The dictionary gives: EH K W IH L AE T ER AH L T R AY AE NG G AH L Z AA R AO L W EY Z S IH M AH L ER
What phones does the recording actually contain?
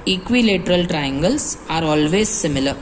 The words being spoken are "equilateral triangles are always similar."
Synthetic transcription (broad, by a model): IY K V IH L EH T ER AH L T R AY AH NG G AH L S AA R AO L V EY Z S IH M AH L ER